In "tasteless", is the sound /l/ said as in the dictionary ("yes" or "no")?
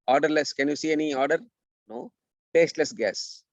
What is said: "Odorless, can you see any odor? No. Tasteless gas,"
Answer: yes